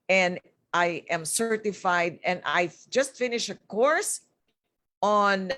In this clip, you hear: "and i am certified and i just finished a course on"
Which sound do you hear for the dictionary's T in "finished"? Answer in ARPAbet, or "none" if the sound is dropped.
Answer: none